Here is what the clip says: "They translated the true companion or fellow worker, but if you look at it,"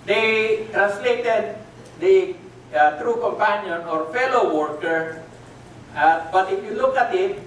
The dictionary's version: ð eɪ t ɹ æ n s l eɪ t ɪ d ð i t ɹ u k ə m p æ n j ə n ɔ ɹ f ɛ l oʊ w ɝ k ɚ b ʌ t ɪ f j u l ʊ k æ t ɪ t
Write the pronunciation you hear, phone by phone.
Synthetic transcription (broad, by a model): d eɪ t ɹ æ n s l eɪ t ɪ d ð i t ɹ u k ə m p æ n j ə n ɔ ɹ f ɛ l oʊ w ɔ k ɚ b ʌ t ɪ f j u l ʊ k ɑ t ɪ t